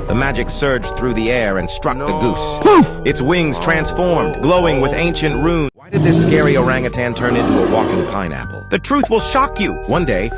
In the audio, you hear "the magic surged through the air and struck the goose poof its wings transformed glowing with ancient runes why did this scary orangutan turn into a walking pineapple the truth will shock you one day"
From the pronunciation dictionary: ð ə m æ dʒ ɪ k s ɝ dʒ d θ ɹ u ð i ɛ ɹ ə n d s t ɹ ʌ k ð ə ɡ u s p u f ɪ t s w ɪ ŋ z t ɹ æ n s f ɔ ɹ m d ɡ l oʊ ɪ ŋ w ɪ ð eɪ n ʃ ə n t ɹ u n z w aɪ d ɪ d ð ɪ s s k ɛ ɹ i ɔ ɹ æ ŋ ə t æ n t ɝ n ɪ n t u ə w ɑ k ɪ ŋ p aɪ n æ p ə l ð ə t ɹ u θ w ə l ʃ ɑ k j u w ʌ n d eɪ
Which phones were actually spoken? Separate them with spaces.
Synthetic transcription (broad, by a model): ð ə m æ dʒ ɪ k s ɝ dʒ θ ɹ u ð i ɛ ɹ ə n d s t ɹ ʌ k ð ə ɡ u s p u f ɪ t s w ɪ ŋ z t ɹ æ n s f ɔ ɹ m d ɡ l oʊ ɪ ŋ w ɪ ð eɪ n ʃ ə n t ɹ u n w aɪ d ɪ d ð ɪ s s k ɛ ɹ i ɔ ɹ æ ŋ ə t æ n t ɝ n ɪ n t u ə w ɑ k ɪ ŋ p aɪ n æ p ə l ð ə t ɹ u θ w ə l ʃ ɑ k j u w ʌ n d eɪ